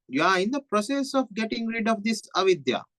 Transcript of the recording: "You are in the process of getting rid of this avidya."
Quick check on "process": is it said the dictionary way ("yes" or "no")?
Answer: yes